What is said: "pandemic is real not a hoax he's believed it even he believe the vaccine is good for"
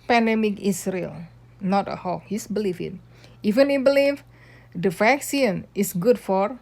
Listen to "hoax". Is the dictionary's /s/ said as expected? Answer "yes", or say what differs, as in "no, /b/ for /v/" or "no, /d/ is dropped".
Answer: no, /s/ is dropped